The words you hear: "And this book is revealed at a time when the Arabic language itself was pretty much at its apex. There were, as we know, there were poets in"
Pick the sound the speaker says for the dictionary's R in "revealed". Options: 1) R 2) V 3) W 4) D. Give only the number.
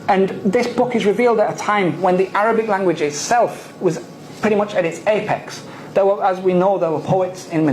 1